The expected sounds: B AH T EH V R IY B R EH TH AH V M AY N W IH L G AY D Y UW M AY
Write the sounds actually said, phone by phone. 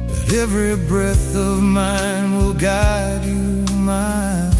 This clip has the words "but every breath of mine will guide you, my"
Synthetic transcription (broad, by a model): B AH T EH V R IY B R EH TH AH V M AY N W IH L G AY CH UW M AY